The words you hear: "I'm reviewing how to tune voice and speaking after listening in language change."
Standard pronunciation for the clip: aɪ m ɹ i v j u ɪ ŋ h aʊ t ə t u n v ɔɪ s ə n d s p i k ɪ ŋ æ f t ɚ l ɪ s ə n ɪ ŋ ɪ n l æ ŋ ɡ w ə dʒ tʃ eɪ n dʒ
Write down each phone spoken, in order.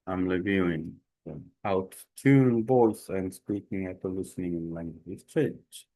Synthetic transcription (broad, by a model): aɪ m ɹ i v j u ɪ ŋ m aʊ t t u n b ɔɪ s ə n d s p i k ɪ ŋ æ t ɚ l ɪ s ə n ɪ ŋ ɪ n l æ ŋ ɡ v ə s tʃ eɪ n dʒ